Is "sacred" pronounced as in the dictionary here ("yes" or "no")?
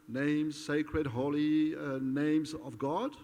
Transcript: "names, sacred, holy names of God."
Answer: yes